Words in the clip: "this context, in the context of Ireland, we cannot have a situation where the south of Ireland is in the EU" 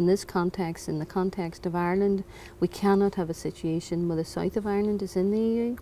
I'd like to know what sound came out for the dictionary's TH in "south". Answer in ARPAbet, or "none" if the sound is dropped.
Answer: TH